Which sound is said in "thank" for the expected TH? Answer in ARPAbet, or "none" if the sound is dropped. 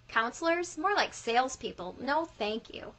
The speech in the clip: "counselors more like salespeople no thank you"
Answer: TH